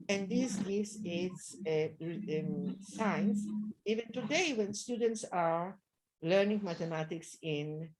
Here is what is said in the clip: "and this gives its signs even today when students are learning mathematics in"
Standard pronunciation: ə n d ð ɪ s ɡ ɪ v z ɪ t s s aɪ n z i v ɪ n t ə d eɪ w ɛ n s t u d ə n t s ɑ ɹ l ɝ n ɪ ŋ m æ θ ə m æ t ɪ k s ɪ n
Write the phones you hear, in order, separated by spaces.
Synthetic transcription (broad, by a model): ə n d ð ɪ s ɡ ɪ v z ɪ t s s aɪ n s i v ɪ n t ə d eɪ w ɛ n s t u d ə n t s ɑ ɹ l ɝ n ɪ ŋ m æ t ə m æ t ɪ k s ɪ n